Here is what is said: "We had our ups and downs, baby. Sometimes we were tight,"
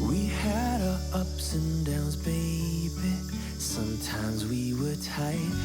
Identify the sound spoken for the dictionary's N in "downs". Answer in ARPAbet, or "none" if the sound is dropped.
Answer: N